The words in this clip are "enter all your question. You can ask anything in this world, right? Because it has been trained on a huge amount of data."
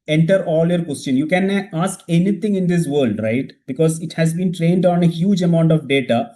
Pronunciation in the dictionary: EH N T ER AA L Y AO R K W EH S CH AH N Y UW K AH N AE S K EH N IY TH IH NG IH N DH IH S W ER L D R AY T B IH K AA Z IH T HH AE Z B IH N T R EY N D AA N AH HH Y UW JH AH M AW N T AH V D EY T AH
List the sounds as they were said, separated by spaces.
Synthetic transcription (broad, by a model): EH N T ER AA L Y AO R K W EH S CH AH N Y UW K AH N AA S K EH N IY T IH NG IH N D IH S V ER L D R AY T B IH K AA Z IH T HH AE Z B IH N T R EY N D AA N AH HH Y UW JH AH M AW N T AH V D EY T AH